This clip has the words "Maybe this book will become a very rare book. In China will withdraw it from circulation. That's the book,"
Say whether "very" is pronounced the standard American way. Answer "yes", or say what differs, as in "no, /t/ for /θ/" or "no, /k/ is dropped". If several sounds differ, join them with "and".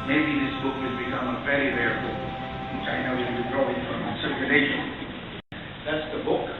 no, /f/ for /v/